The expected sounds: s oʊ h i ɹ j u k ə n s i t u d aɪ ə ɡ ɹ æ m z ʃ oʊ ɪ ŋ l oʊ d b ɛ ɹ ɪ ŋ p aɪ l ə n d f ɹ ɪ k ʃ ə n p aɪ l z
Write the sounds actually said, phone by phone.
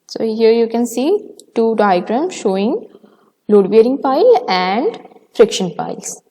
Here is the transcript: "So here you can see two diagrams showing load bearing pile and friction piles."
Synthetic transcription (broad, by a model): s oʊ h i ɹ j u k ə n s i t u d aɪ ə ɡ ɹ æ m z ʃ oʊ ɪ ŋ l oʊ d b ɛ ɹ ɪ ŋ p aɪ l ə n d f ɹ ɪ k ʃ ə n p aɪ l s